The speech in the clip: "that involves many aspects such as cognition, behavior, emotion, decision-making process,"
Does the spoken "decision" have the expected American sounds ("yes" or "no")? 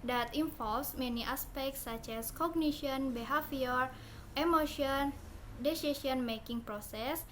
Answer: no